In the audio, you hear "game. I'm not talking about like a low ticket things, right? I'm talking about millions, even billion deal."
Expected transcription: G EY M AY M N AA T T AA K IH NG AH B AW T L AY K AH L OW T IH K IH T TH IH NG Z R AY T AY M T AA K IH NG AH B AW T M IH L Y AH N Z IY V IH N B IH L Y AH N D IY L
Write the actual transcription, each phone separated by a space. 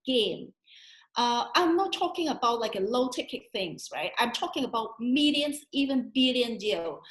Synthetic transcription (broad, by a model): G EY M AY M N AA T T AA K IH NG AH B AW T L AY K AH L OW T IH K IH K TH IH NG Z R AY T AY M T AA K IH NG AH B AW T M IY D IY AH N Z IY V IH N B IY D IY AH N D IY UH